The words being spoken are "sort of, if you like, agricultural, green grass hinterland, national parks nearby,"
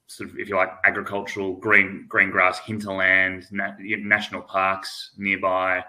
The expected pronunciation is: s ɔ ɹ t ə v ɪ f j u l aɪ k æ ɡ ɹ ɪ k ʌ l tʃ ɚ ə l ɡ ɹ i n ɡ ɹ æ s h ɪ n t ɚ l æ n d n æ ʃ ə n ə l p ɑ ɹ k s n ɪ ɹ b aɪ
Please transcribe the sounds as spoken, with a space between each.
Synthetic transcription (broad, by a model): s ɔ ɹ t ə v ɪ f j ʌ l aɪ k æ ɡ ɹ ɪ k ʌ l tʃ ɚ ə n ɡ ɹ i n ɡ ɹ æ s h ɪ n t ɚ l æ n d n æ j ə n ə l p ɑ ɹ k s n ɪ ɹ b aɪ